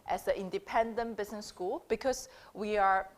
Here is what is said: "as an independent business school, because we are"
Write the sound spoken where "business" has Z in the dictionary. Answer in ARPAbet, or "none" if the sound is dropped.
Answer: S